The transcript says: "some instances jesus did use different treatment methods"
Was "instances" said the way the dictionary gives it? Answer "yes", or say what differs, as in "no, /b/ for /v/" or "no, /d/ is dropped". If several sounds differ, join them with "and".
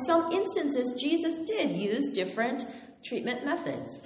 yes